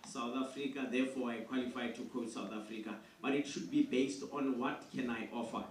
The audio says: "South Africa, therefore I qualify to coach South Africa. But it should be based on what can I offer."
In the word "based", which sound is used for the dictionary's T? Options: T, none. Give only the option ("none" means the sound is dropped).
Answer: T